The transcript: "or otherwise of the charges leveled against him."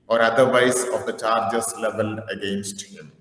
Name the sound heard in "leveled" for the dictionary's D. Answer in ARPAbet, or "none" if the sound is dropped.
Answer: none